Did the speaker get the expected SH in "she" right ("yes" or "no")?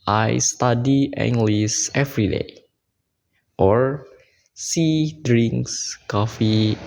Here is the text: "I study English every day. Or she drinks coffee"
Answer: no